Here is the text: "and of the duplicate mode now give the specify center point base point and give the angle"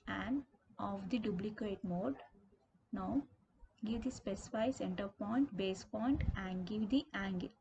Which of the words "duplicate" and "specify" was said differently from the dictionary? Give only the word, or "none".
duplicate